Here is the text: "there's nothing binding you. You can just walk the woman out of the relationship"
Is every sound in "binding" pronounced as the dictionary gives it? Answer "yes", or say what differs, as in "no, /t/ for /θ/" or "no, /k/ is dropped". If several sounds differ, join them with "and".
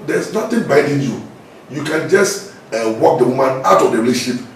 no, /n/ is dropped